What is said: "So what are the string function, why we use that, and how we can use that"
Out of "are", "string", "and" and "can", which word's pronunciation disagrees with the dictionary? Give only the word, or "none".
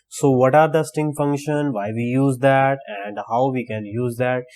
string